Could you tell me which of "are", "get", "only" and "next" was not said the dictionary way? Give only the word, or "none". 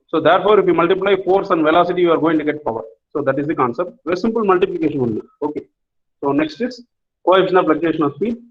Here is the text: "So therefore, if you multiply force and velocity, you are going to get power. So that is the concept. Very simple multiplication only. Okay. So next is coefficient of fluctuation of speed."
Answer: only